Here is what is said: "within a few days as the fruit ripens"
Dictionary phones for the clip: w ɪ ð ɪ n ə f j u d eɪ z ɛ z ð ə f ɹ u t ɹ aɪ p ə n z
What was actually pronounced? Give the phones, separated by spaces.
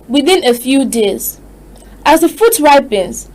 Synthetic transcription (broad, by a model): w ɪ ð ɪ n ə f j u d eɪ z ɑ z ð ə f u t ɹ aɪ p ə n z